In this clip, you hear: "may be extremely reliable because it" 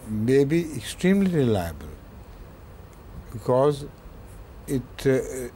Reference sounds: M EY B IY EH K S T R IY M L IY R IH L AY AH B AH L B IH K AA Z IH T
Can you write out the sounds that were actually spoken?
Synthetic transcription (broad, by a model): M EY B IY EH K S T R IY M L IY R IH L AY AH B AH L B IH K AA Z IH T